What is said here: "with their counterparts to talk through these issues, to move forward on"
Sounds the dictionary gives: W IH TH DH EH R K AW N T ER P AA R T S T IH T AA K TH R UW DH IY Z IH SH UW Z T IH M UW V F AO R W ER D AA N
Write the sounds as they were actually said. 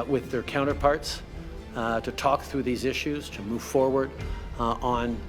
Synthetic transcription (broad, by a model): W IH DH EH R K AW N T ER P AA R T S T IH T AA K TH R UW DH IY Z IH SH UW Z T IH M UW V F AO R W ER D N